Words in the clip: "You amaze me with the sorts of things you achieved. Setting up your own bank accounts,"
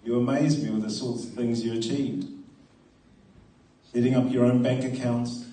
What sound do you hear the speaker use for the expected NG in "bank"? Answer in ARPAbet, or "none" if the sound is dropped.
NG